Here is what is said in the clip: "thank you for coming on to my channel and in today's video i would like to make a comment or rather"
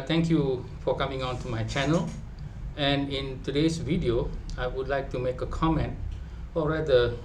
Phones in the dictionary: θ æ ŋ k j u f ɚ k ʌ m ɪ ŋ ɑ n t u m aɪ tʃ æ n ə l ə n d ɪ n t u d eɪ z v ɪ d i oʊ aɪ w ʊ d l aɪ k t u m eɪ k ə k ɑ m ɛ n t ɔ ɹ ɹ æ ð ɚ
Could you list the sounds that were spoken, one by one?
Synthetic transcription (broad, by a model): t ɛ ŋ k j u f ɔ k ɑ m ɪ ŋ ɑ n t u m aɪ tʃ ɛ n ə l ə n ɪ n t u d eɪ s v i d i oʊ aɪ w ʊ d l aɪ k t u m eɪ k ə k ɑ m ɛ n t ɔ l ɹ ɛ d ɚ